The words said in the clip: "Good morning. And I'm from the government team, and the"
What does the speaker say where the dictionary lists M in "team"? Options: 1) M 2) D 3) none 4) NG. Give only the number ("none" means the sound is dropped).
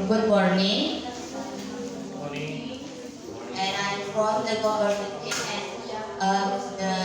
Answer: 3